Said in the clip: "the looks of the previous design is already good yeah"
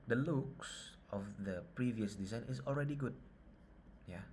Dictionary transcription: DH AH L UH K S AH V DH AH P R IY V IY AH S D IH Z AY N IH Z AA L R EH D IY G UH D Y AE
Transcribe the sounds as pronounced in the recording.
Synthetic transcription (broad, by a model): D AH L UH K S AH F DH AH P R IY V IY AH S D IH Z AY N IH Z AA L R EH D IY G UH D Y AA